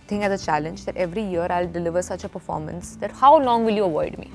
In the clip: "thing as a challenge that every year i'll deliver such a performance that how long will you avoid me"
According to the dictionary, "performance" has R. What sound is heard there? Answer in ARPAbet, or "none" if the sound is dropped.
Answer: R